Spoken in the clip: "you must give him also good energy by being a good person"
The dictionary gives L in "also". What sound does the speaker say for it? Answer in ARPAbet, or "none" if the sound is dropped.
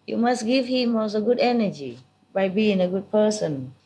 none